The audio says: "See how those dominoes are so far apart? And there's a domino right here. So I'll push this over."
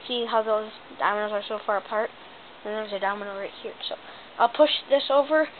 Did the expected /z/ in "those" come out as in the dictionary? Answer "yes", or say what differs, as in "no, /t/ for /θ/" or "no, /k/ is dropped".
yes